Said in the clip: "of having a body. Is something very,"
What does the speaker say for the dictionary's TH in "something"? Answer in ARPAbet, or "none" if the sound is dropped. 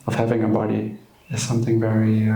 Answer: TH